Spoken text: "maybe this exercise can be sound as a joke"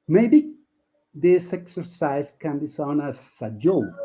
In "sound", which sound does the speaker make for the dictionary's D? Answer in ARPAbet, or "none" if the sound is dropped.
none